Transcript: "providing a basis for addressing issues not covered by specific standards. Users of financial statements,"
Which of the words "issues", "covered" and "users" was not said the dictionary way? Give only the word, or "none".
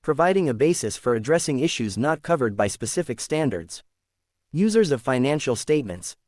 none